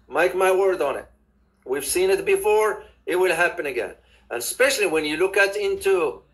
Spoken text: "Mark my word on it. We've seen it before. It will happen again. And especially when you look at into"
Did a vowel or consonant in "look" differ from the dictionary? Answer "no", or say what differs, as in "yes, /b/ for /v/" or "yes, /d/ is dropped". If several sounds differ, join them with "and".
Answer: no